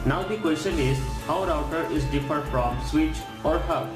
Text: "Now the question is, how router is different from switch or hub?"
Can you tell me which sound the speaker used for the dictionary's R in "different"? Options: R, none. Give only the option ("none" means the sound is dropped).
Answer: none